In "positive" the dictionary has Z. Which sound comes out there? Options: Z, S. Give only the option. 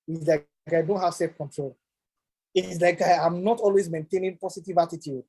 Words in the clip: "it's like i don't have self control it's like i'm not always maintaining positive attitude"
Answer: S